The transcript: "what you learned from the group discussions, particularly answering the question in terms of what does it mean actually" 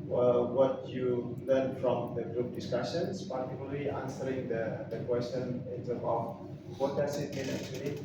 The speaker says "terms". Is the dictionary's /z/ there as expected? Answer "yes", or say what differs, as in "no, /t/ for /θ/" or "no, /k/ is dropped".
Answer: no, /z/ is dropped